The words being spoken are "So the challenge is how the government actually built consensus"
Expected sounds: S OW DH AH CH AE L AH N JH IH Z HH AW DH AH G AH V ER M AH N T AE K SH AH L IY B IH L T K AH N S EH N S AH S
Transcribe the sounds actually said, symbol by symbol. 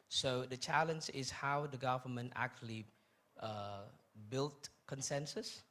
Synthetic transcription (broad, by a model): S OW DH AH CH AE L AH N JH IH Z HH AW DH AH G AH V ER M AH N T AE K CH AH L IY B IH L T K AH N S EH N S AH S